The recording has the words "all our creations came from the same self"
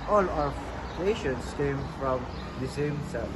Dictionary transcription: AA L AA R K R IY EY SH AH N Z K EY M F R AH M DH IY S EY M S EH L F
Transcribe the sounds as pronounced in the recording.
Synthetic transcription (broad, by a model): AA L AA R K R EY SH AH N S K EY M F R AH M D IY S EY M S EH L